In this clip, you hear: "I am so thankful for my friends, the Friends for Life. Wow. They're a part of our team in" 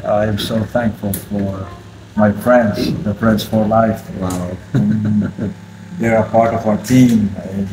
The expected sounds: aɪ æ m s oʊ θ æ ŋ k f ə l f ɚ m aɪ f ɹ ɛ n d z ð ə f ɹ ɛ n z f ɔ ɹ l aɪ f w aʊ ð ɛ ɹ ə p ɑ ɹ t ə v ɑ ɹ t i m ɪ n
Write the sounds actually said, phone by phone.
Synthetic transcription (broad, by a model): aɪ m s oʊ θ æ ŋ k f ə l f ɚ m aɪ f ɹ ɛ n d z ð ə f ɹ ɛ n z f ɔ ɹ l aɪ f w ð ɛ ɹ ə p ɑ ɹ t ə v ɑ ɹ t i m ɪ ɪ